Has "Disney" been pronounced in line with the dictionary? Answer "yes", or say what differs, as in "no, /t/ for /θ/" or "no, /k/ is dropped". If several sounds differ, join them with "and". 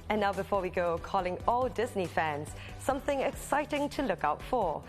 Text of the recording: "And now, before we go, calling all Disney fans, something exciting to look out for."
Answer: yes